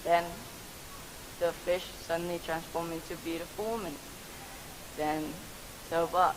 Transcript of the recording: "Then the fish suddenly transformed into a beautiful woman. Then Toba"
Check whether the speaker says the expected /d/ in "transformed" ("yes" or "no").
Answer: no